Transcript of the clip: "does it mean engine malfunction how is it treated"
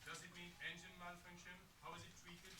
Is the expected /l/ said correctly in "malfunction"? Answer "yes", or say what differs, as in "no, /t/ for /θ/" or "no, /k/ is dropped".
no, /n/ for /l/